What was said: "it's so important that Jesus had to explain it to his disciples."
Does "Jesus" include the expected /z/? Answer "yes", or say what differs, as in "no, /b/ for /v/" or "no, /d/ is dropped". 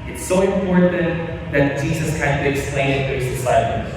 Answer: yes